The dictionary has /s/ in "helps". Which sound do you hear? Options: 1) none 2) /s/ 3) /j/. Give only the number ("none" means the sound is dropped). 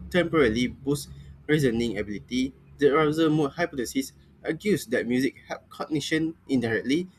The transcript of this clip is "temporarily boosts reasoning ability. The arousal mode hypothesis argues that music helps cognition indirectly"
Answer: 1